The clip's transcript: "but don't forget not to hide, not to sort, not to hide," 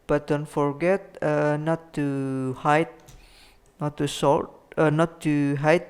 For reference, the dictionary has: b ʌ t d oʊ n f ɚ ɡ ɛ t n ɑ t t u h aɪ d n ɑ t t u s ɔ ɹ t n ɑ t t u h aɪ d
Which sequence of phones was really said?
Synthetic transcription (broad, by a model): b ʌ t d oʊ n f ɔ ɡ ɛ t n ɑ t t u h aɪ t n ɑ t t u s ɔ l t n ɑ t t u h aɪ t